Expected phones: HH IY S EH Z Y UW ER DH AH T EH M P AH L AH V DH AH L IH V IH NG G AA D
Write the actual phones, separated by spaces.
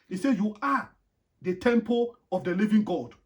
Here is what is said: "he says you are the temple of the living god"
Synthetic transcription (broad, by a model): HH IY S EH Y UW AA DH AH T EH M P AH L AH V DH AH L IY V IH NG G AA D